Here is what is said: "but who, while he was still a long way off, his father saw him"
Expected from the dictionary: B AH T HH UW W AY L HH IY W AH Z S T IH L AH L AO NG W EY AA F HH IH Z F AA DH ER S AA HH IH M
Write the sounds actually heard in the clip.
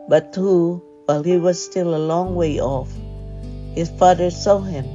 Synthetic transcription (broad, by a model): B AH T HH UW W AY L HH IY W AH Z S T IH L AH L AO NG W EY AA F HH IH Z F AA DH ER S AA HH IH M